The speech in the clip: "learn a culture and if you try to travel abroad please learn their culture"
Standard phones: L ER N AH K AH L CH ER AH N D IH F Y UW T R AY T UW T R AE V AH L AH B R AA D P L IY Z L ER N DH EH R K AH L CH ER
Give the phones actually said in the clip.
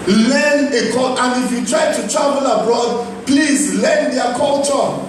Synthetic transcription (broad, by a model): L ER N AH K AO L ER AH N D IH F Y UW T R AY T UW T R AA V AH L AH B R AA D P L IY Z L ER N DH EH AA K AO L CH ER